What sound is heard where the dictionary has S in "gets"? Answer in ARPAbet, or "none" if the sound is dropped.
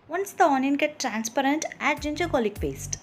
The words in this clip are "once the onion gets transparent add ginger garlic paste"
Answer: none